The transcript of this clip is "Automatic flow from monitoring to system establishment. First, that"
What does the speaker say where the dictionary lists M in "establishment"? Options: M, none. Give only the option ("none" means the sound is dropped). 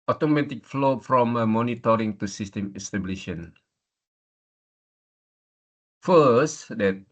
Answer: none